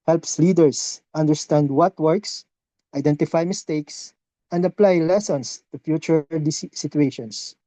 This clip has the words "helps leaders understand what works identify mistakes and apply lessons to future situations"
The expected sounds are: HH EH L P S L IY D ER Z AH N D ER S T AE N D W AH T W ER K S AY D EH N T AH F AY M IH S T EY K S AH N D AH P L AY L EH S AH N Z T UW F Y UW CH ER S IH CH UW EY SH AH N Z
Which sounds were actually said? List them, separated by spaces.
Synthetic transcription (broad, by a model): HH EH L P S L IY D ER S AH N D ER S T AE N D W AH T W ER K S AY D EH N T AH F AY M IH S T EY K S AH N D AH P L AY L EH S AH N S T UW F Y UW CH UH S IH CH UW EY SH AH N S